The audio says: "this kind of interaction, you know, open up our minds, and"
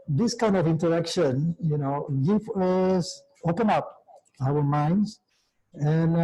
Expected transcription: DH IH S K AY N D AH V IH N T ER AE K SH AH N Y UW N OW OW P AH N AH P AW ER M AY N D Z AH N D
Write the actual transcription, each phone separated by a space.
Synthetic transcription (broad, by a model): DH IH S K AY N D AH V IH N T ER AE K SH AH N Y UW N OW OW P AH N AH P AW ER M AY N D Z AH N